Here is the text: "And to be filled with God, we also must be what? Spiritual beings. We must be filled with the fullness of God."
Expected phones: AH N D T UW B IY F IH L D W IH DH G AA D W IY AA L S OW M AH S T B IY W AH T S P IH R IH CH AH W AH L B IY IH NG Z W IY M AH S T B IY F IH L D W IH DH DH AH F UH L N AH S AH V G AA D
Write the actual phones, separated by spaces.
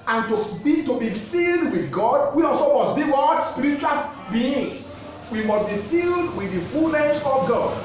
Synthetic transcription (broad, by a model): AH N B T UW B IY F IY L D W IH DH G AA D W IY AA L S OW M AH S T B IY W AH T S P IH R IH CH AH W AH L B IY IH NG W IY M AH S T B IY F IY L D W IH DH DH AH F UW L N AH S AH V G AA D